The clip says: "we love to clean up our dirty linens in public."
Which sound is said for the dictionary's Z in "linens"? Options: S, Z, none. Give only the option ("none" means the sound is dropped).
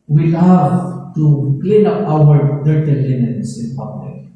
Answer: S